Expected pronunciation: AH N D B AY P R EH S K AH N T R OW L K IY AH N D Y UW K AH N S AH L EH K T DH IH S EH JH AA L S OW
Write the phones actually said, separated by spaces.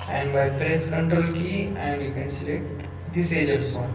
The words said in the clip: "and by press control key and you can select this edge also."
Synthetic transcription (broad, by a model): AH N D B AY P R EH S K AH N T R OW L K IY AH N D Y UW K AH N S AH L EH T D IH S EH JH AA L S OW